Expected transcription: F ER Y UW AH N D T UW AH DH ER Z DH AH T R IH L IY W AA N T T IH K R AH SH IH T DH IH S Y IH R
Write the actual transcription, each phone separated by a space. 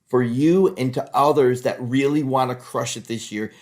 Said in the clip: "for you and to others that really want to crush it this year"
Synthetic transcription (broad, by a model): F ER Y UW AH N T UW AH DH ER Z DH AH T R IH L IY W AA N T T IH K R AH SH IH T DH IH S Y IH R